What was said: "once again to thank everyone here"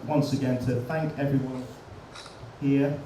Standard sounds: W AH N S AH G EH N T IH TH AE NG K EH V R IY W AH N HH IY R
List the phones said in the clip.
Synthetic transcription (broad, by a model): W AH N S AH G EH N T IH TH AE NG K EH V R IY W AH N HH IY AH